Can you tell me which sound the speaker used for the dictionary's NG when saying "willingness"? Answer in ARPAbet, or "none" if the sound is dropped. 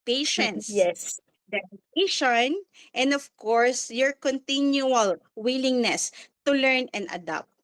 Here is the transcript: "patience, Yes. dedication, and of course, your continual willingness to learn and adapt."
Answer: NG